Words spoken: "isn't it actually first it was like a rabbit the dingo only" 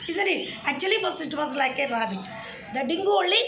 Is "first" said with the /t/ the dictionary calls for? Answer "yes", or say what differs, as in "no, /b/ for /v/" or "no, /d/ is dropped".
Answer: no, /t/ is dropped